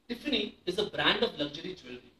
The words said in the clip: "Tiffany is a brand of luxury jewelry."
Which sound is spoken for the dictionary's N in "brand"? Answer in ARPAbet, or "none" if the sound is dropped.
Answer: N